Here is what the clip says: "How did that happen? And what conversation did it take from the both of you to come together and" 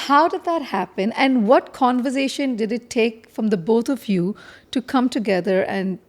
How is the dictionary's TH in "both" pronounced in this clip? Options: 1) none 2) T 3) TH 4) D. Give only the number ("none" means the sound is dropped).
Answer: 2